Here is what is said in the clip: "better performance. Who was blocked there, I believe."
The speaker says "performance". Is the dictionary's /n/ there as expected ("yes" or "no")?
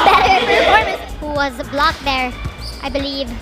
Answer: no